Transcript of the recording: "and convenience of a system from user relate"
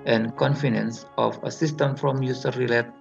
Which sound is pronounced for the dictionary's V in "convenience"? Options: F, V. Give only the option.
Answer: F